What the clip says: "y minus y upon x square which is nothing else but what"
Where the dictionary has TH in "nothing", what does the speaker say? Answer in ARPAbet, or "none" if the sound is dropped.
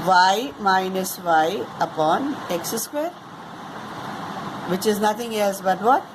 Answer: T